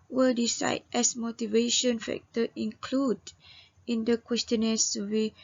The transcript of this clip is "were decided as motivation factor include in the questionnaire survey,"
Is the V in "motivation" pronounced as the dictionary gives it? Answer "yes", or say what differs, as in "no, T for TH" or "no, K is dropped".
yes